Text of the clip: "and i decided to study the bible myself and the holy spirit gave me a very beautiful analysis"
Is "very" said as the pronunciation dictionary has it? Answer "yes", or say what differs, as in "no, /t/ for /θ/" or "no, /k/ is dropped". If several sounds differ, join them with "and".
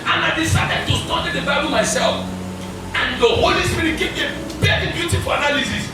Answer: no, /p/ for /v/